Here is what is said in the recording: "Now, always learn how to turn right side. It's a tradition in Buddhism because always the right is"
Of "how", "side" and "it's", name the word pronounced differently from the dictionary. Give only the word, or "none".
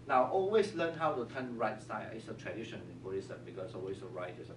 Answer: side